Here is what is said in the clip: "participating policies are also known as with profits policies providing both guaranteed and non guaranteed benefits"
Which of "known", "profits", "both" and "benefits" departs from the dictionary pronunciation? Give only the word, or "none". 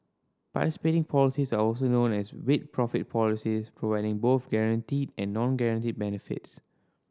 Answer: profits